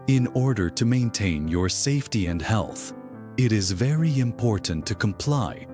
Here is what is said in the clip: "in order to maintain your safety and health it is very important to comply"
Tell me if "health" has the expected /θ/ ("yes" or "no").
yes